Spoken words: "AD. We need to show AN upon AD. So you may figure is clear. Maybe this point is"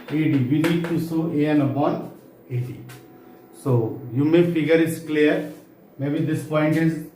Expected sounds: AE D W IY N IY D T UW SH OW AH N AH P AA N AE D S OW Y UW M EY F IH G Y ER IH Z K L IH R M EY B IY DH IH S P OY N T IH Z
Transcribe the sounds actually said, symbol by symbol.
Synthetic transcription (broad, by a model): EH D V IY N IY D T UW S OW AH N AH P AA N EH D S OW Y UW M EY F IH G Y ER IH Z K L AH R M EY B IY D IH S P OY N T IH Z